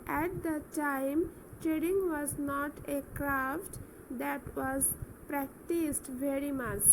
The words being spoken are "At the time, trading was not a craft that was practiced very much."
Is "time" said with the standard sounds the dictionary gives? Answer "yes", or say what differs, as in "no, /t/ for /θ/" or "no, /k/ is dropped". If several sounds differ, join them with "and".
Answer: yes